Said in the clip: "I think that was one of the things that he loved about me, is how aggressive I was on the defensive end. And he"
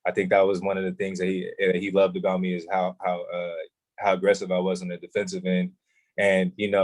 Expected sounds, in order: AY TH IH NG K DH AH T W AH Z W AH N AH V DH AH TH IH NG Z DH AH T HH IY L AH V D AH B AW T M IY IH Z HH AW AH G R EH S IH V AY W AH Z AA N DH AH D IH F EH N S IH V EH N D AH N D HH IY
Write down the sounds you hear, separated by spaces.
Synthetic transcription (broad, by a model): AY TH IH NG K DH AH T W AH Z W AH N AH V DH AH TH IH NG Z DH AH T HH IY L AH V D AH B AW T M IY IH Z HH AW AH G R EH S IH V AY W AH Z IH N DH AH D IH F EH N S IH V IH N AH N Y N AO